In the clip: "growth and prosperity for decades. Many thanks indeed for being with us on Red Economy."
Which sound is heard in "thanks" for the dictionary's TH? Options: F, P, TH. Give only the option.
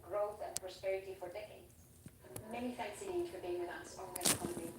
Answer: F